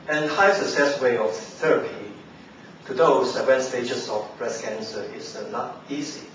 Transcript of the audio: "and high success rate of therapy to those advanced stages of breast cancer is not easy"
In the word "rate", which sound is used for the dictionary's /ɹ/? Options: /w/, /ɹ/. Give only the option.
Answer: /w/